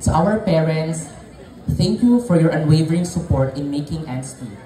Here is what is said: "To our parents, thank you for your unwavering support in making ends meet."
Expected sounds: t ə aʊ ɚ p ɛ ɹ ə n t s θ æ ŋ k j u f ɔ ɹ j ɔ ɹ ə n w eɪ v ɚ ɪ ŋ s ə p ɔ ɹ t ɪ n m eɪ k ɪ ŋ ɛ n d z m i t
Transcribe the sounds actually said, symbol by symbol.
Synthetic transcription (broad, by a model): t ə aʊ ɚ p ɛ ɹ ə n t s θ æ ŋ k j u f ɔ ɹ j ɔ ɹ ə n w eɪ v ɚ ɪ ŋ s ə p ɔ ɹ t ɪ n m eɪ k ɪ ŋ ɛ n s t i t